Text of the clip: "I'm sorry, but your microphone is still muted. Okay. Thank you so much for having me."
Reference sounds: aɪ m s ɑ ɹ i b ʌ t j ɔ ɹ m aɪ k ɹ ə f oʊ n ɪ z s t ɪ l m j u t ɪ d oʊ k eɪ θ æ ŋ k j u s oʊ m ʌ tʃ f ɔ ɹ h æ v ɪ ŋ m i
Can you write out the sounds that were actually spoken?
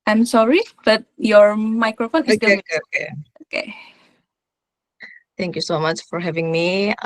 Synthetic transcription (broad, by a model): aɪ m s ɑ ɹ i b ʌ t j ɔ ɹ m aɪ k ɹ ə f oʊ n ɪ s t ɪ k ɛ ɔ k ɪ oʊ k eɪ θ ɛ ŋ k j u s oʊ m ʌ tʃ f ɔ ɹ h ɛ v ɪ ŋ m i